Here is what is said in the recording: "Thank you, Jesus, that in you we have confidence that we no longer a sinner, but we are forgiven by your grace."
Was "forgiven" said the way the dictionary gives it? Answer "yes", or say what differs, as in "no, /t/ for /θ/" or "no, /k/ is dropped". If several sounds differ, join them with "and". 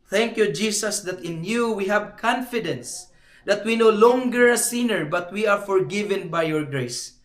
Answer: yes